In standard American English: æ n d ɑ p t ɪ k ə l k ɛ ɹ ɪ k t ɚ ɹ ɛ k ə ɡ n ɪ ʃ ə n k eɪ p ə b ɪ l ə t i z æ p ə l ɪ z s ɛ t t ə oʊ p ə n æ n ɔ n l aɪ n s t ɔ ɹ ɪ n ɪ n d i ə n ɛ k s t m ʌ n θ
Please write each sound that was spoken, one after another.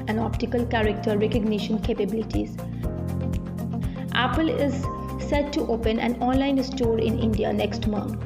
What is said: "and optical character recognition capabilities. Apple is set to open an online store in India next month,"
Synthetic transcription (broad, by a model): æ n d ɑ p t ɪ k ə l k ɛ ɹ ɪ k t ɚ ɹ ɛ k ə ɡ n ɪ ʃ ə n k eɪ p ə b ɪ l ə t i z æ p ə l ɪ z s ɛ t t oʊ p ə n æ n ɔ n l aɪ n s t ɔ ɹ ɪ n ɪ n d i ə n ɛ k s t m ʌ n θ